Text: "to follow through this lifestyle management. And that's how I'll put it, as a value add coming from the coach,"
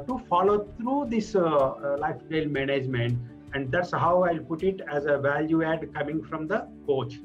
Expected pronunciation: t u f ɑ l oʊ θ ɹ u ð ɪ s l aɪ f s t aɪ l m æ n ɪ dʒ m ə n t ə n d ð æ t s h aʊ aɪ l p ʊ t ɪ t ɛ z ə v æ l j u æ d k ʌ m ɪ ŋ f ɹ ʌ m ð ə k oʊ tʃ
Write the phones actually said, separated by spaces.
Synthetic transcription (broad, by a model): t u f ɑ l oʊ t ɹ u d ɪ s l aɪ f t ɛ l m æ n ɪ dʒ m ə n t ə n d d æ t s h aʊ aɪ l p ʊ t ɪ t ɛ z ə v æ l j u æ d k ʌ m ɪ ŋ f ɹ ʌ m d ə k oʊ tʃ